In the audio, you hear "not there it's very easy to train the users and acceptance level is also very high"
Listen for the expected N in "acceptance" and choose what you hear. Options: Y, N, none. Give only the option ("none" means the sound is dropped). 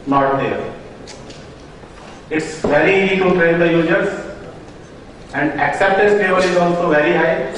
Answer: none